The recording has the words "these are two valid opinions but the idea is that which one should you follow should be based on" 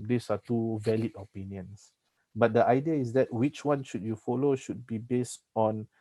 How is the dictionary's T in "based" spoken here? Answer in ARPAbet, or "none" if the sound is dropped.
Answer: T